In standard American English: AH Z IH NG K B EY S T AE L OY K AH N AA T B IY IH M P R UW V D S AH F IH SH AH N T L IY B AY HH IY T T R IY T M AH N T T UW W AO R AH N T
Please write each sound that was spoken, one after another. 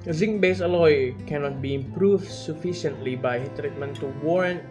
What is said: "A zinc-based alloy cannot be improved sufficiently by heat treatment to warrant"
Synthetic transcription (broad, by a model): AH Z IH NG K B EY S AH L OY K AH N AA T B IY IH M P R UW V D S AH F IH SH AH N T L IY B AY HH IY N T R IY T M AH N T T UW W AO R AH N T